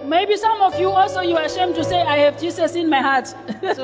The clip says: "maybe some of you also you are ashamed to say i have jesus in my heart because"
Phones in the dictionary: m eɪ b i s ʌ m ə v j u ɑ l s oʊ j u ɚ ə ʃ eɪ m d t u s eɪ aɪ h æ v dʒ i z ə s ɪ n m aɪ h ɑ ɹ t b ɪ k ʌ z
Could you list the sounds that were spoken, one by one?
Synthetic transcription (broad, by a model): m eɪ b i s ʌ m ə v j u ɑ l s oʊ j u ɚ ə ʃ eɪ m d t u s eɪ aɪ h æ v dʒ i s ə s ɪ n m aɪ h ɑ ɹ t